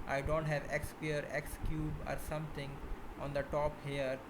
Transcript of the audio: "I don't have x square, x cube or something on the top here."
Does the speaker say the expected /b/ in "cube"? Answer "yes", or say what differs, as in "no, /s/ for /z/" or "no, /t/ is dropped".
yes